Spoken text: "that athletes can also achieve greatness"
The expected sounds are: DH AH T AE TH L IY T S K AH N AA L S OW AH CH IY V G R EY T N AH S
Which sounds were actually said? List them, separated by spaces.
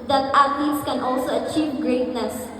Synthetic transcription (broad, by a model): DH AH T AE T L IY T S K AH N AA L S OW AH CH IY V G R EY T N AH S